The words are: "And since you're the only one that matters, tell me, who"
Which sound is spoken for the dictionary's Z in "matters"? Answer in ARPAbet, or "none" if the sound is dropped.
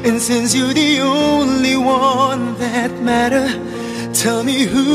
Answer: none